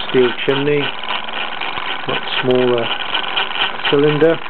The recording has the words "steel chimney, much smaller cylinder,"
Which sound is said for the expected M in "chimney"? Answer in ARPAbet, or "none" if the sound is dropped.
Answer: none